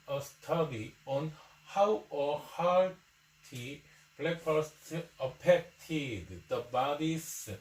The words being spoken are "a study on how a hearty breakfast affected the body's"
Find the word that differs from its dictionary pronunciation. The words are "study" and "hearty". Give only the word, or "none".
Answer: hearty